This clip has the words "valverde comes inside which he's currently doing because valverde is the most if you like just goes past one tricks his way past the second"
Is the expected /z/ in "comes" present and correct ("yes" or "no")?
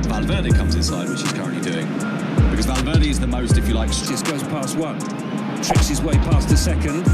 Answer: yes